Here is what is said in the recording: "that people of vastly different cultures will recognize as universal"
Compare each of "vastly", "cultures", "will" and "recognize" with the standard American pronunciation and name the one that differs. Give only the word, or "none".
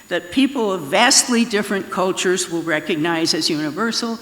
none